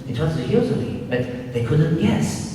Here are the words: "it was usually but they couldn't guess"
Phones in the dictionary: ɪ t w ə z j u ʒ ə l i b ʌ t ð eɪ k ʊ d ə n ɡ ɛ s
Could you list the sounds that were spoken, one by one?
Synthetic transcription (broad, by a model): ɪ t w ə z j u z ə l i b ʌ t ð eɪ k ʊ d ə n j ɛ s